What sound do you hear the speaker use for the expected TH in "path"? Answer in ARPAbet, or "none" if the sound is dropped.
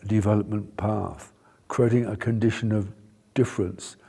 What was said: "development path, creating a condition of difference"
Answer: TH